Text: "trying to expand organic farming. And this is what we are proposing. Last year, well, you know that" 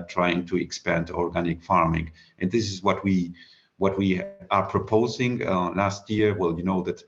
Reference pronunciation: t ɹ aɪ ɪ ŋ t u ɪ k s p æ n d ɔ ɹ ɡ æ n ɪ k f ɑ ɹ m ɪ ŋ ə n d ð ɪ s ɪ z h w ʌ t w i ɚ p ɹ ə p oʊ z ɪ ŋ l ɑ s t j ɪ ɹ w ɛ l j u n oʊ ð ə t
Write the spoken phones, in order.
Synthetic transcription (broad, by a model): t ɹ aɪ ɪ ŋ t u ɪ k s p æ n d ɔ ɹ ɡ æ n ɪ k f ɑ ɹ m ɪ ŋ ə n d ð ɪ s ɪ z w w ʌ t w i ɚ p ɹ ə p oʊ z ɪ ŋ l ɑ s t j ɪ ɹ w ɛ l j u n oʊ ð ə t